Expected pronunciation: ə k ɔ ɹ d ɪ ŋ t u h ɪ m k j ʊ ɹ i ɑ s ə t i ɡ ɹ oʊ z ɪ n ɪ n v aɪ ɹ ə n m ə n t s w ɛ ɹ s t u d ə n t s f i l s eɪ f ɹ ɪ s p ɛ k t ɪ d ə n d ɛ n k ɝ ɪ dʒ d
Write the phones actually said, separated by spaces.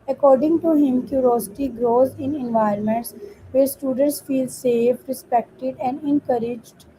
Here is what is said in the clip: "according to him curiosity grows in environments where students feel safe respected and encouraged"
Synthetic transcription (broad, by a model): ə k ɔ ɹ d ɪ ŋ t u h ɪ m k j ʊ ɹ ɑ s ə t i ɡ ɹ oʊ z ɪ n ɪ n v aɪ ə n m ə n t s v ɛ ɹ s t u d ə n t s f i l s eɪ f ɹ ɪ s p ɛ k t ɪ d ə n d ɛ n k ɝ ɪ dʒ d